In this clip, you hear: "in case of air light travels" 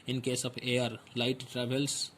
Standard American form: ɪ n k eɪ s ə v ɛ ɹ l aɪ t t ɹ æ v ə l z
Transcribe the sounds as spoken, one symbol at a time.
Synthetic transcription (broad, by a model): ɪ n k eɪ s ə p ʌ ɹ l aɪ t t ɹ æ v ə l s